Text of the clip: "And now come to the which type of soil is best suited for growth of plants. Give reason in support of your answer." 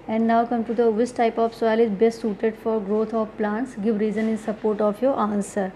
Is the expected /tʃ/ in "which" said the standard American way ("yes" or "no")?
no